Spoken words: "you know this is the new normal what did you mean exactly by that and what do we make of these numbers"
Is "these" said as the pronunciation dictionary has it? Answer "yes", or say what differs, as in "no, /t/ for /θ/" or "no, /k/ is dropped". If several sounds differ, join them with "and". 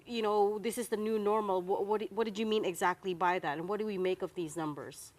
yes